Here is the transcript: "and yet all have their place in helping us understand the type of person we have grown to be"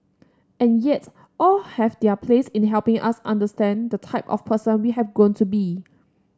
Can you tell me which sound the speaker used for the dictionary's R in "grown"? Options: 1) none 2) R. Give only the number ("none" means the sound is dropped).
1